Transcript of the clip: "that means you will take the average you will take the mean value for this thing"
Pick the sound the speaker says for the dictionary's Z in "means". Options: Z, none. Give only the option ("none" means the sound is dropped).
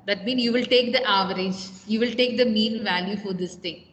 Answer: none